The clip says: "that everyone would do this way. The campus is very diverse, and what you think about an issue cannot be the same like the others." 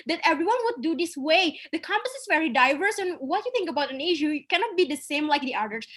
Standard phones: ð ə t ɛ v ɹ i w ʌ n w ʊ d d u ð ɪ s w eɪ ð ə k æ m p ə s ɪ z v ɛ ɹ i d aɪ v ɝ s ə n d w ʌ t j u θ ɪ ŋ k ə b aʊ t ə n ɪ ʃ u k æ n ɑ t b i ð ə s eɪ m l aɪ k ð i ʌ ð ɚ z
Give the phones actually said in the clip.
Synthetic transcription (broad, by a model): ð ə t ɛ v ɹ i w ʌ n w ʊ d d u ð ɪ s w eɪ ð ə k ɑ m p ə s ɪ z v ɛ ɹ i d aɪ v ɝ s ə n w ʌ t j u θ ɪ ŋ k ə b aʊ t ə n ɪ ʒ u k æ n ɑ t b i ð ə s eɪ m l aɪ k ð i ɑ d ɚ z